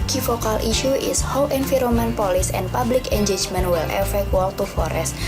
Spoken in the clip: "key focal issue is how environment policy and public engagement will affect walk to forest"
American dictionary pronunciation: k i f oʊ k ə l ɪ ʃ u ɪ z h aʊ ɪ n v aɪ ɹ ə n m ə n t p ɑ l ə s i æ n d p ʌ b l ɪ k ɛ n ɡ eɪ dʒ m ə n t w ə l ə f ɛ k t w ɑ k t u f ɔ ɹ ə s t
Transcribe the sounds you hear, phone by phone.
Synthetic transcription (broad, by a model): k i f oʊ k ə l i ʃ u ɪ s h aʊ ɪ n f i ɹ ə m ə n p ɑ l ə s i n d p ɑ b l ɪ k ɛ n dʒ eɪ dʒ m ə n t w ə l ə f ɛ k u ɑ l t u f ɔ ɹ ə s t